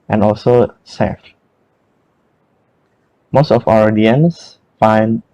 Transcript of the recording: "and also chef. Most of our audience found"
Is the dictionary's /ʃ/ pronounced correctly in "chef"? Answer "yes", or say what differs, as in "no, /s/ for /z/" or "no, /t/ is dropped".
no, /s/ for /ʃ/